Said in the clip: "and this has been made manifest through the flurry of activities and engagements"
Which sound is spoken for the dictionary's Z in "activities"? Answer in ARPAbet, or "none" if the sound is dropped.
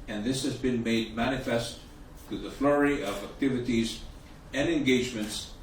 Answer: Z